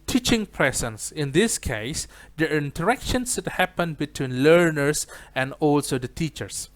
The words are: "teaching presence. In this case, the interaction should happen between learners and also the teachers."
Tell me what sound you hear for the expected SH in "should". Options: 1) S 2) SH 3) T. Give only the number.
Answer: 1